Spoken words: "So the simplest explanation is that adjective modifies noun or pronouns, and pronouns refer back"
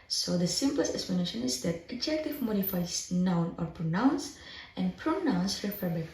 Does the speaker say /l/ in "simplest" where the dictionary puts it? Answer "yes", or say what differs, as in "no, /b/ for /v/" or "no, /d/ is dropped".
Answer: yes